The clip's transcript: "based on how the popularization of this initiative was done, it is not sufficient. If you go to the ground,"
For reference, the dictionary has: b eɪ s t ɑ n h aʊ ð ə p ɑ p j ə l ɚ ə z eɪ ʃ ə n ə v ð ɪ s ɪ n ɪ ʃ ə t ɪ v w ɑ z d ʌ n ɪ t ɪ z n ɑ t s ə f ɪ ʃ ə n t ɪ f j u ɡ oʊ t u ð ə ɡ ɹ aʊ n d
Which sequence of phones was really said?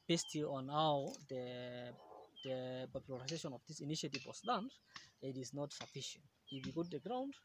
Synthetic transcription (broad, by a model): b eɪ s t ɑ n h aʊ ð ə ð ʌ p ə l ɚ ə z eɪ ʃ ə n ə v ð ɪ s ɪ n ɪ ʃ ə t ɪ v w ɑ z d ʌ n ɪ t ɪ z n ɑ t s ə f ɪ ʃ ə n t ɪ f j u ɡ oʊ t u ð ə ɡ ɹ aʊ n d